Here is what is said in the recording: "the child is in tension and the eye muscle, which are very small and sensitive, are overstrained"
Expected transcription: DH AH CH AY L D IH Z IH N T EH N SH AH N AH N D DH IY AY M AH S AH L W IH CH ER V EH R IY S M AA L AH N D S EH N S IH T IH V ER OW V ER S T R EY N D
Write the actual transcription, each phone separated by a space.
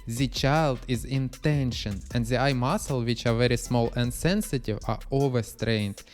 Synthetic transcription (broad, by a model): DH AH CH AY L D IH Z IH N T EH N SH AH N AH N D DH IY AY M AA S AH L W IH CH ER V EH R IY S M AA L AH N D S EH N S IH T IH V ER OW V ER S T R EY N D